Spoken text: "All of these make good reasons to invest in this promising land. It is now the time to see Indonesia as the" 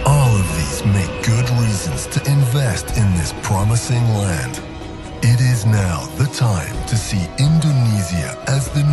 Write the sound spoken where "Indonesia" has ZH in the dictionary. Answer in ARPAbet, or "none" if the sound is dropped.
Z